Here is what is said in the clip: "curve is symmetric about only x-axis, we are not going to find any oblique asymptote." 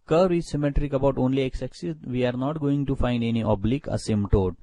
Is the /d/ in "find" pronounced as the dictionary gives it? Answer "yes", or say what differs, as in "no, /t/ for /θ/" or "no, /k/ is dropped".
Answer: yes